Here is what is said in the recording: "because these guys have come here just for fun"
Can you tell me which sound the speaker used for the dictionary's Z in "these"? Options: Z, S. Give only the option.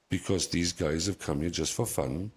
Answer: Z